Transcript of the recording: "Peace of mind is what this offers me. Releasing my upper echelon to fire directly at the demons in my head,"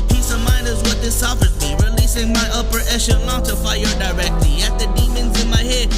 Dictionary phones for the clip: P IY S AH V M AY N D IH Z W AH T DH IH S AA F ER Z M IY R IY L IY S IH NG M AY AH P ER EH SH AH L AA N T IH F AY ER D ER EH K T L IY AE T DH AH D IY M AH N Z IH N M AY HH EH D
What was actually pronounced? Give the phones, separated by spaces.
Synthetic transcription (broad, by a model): P IY S AH V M AY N IH Z W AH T DH IH S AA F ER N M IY R IY L IY S IH NG M AY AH P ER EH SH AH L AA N T IH F AY ER D ER EH K T L IY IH T DH AH D IY M AH N Z IH N M AY HH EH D